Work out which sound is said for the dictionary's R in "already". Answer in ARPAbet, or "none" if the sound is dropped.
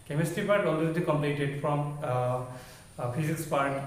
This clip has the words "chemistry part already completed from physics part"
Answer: L